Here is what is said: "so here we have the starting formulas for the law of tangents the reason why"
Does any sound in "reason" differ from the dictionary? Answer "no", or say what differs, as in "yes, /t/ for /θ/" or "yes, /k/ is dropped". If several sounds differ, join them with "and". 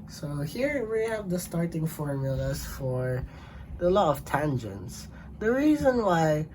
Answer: no